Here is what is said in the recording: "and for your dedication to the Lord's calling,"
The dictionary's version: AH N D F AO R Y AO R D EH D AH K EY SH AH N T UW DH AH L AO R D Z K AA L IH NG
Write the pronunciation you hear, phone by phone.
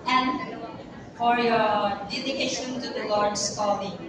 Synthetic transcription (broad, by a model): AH N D F AO R Y AO R D EH D AH K EY SH AH N T UW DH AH L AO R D S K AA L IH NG